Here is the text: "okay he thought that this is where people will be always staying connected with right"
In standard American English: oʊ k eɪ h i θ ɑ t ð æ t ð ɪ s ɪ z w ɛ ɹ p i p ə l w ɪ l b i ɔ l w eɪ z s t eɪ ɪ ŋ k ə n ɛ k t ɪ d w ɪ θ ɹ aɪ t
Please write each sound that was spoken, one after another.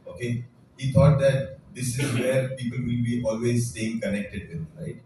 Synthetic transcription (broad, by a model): oʊ k eɪ h i t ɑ t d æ t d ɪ s ɪ z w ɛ ɹ p i p ə l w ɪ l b i ɔ l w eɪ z s t eɪ ɪ ŋ k ə n ɛ k t ɪ d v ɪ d ɹ aɪ t